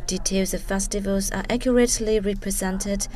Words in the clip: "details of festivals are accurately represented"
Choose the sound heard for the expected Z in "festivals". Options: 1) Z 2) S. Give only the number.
1